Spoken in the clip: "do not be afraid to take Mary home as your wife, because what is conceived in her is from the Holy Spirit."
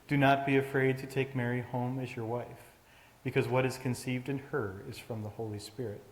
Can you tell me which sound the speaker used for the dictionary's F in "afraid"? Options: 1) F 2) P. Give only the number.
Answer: 1